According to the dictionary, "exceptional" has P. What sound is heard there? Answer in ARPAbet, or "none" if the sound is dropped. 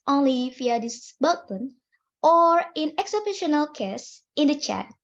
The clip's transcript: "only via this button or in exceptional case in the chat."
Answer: B